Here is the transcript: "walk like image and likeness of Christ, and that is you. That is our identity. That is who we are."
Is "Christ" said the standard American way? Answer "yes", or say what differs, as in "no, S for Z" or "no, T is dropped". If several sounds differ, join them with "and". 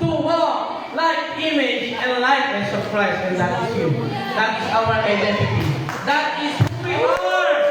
no, T is dropped